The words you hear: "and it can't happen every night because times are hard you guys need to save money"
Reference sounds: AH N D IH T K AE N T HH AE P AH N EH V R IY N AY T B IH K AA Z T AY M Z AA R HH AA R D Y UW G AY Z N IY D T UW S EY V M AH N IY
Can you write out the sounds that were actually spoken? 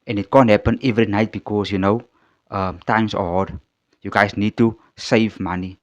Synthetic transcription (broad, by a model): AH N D IH T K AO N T HH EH P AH N EH V R IY N AY T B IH K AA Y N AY M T AA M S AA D Y UW G AY S N IY D T UW S EY V M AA N IY